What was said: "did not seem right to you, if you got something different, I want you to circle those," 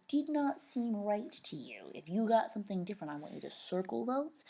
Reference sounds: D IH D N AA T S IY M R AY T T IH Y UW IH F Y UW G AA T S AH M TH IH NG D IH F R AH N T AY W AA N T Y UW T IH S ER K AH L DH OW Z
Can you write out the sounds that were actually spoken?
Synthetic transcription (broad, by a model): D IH D N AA T S IY M R AY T T IH Y UW IH F Y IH G AA T S AH M TH IH NG D IH F R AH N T AY W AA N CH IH T IH S ER K L DH OW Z